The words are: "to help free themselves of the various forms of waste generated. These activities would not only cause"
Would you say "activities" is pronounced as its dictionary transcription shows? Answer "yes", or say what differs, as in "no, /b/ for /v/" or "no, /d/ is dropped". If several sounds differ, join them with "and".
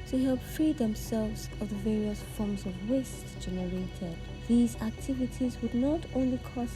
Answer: yes